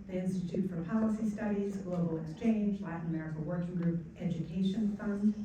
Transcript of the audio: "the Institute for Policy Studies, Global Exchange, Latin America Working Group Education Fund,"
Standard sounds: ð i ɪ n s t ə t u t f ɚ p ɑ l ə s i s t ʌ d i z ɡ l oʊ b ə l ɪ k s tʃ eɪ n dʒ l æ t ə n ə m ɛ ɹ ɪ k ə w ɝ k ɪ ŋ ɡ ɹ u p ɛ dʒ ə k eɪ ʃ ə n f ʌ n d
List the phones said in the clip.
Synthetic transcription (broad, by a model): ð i ɪ n s t ə t u t f ɚ p ɑ l ə s i s t ʌ d i z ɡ l oʊ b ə l ɪ k s tʃ eɪ n dʒ l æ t n ə m ɛ ɹ ɪ k ə w ɝ k ɪ ŋ ɡ ɹ u p ɛ dʒ ə k eɪ ʃ ə n f ʌ n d